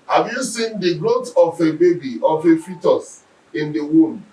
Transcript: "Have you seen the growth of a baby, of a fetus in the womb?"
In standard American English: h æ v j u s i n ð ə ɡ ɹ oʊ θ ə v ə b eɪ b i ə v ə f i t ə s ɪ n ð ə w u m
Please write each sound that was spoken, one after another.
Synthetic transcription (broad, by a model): h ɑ v j u s i n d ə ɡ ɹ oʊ t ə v ə b eɪ b i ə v ə f i t ə s ɪ n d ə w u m